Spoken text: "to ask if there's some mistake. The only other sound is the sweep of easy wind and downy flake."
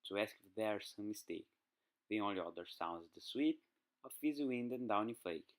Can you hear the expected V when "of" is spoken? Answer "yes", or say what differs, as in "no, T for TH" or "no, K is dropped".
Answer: no, F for V